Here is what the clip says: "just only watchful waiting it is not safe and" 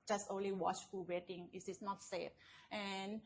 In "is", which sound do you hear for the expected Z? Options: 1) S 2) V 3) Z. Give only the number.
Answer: 1